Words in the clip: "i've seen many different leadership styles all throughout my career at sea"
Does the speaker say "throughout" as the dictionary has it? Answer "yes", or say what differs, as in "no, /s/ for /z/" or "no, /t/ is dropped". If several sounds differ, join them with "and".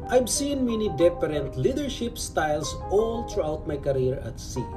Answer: no, /t/ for /θ/